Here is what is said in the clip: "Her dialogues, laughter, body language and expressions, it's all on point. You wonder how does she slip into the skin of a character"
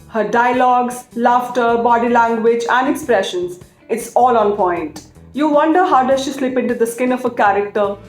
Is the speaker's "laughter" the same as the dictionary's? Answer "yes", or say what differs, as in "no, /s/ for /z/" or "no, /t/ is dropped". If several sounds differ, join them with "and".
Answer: yes